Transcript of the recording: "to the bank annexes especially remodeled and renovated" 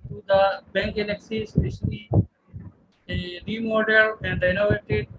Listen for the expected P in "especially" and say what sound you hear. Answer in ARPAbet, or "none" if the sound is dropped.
none